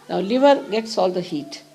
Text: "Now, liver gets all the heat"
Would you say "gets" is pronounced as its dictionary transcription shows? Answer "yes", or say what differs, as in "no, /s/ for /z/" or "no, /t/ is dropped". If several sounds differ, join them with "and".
yes